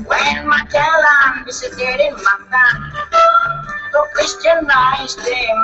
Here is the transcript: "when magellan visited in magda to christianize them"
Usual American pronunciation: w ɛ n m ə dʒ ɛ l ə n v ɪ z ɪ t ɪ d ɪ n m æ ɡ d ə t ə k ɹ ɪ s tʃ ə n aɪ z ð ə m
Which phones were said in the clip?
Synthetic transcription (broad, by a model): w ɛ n m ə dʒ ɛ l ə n b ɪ s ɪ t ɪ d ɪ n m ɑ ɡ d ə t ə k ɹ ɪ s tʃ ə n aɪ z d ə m